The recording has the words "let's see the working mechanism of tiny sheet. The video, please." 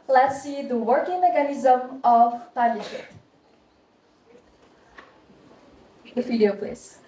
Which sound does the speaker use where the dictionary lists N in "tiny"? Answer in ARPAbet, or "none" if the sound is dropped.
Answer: L